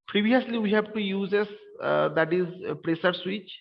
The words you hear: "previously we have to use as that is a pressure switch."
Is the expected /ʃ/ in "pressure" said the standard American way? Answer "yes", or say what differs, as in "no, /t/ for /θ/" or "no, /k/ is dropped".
no, /s/ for /ʃ/